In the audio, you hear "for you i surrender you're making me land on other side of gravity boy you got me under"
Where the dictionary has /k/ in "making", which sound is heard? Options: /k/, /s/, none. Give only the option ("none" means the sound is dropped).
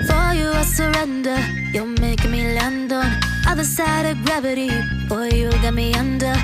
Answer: none